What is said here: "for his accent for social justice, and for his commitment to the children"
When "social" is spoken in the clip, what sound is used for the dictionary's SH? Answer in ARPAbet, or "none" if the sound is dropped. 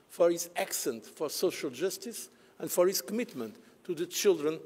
SH